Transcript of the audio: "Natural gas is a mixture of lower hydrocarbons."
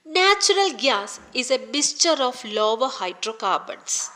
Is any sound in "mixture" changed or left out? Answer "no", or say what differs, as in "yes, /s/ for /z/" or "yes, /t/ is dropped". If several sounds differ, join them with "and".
yes, /k/ is dropped